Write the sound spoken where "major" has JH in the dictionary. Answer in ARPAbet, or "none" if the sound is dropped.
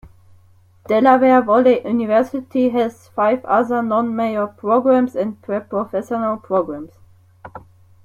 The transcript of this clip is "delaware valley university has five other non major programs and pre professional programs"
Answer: none